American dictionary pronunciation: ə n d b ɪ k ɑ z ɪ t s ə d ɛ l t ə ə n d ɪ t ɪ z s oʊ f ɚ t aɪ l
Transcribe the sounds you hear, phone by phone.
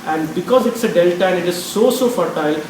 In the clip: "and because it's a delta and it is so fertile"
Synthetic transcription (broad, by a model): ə n d b ɪ k ɑ z ɪ t s ə d ɛ l t ə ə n ɪ t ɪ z s oʊ f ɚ t aɪ l